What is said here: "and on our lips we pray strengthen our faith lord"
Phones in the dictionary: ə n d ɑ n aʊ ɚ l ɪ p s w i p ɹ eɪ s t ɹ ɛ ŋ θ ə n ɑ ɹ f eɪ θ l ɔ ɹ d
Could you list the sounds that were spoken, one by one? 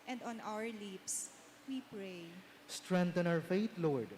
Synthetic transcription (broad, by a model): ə n d ɑ n aʊ ɚ l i p s w i p ɹ eɪ s t ɹ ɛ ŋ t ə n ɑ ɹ f eɪ t l ɔ ɹ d